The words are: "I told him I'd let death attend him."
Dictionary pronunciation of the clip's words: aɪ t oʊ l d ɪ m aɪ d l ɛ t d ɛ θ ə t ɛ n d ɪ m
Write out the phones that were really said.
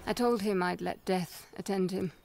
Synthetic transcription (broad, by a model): aɪ t oʊ l d ɪ m aɪ d l ɛ t d ɛ θ ə t ɛ n d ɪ m